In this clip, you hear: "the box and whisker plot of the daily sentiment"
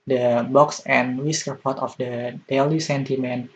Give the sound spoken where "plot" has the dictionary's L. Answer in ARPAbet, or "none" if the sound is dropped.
none